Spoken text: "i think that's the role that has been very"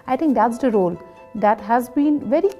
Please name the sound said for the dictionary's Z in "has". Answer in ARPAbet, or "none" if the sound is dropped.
Z